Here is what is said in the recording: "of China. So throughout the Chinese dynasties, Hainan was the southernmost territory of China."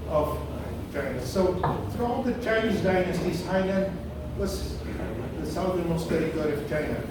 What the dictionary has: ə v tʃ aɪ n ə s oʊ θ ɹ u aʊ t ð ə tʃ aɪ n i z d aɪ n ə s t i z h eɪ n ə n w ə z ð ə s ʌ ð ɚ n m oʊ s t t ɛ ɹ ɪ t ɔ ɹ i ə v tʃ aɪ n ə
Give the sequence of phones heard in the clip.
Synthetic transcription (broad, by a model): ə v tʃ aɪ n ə s oʊ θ ɹ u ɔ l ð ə tʃ aɪ n i z d aɪ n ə s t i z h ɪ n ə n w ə s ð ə s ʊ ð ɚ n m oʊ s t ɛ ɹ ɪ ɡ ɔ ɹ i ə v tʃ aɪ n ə